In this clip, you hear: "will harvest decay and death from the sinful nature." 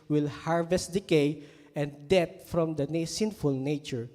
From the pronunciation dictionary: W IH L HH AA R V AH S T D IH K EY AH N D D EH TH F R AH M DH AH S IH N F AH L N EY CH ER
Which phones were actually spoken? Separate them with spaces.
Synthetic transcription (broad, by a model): W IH L HH AA R V AH S T D IH K EY AH N D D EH T F R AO M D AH S IH N F AH L N EY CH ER